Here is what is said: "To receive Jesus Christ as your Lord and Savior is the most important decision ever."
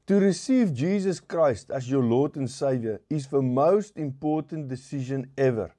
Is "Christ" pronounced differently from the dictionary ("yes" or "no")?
no